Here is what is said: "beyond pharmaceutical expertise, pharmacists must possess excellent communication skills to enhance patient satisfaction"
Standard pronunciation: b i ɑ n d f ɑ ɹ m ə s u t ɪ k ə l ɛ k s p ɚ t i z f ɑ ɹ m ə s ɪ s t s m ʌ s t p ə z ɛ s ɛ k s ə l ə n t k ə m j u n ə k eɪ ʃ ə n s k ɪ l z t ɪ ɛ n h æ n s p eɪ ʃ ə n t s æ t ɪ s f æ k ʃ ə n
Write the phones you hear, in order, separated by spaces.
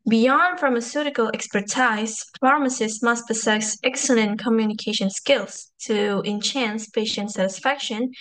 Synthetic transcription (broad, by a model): b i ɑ n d f ɑ ɹ m ə s u t ɪ k ə l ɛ k s p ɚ t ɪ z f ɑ ɹ m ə s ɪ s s m ʌ s t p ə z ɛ s ɛ k s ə l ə n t k ə m j u n ə k eɪ ʃ ə n s k ɪ l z t ɪ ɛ n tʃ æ n s p eɪ ʃ ə n t s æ t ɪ s f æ k ʃ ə n